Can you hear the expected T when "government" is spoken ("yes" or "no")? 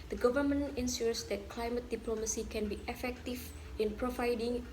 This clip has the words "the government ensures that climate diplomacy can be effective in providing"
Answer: no